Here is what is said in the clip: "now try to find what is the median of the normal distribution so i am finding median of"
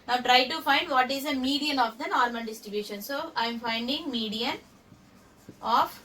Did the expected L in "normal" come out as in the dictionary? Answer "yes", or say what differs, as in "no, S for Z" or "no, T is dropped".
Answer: no, N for L